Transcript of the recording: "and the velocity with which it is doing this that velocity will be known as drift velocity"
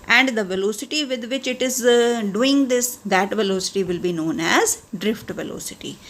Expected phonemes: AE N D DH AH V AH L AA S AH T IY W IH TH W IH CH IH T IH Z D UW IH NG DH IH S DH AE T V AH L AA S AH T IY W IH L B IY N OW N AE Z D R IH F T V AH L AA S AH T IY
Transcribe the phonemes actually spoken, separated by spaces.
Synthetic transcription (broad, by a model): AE N D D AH V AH L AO S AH T IY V IH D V IH CH IH T IH Z D UW IH NG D IH S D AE T V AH L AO S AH T IY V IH L B IY N OW N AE Z D R IH F T V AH L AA S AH T IY